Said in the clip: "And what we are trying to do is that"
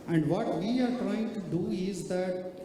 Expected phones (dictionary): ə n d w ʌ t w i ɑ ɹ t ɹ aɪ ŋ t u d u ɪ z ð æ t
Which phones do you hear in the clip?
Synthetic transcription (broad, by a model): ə n d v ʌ t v i ɑ ɹ t ɹ aɪ ŋ t u d u ɪ z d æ t